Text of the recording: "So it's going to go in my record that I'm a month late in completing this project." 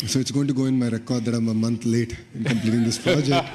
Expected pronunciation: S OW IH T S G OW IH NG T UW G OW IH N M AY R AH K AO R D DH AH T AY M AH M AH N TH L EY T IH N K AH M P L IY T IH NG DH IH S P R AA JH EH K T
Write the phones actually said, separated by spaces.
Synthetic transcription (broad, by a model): S OW IH T S G OW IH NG T UW G OW IH N M AY R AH K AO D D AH T AY M AH M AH N T L EY T IH N K AH M P L IY T IH NG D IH S P R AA JH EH K T